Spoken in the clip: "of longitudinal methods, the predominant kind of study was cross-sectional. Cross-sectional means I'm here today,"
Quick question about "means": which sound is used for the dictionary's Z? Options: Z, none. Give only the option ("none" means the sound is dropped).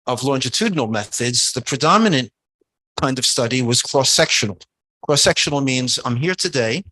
Z